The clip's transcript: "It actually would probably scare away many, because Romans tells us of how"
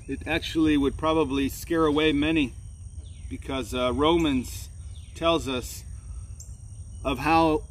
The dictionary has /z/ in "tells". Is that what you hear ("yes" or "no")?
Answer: yes